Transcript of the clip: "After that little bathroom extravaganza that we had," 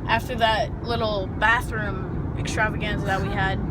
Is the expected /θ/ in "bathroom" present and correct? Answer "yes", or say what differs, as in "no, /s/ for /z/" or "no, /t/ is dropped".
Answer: yes